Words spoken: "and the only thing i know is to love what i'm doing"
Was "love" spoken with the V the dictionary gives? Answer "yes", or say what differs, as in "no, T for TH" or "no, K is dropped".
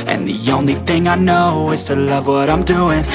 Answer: yes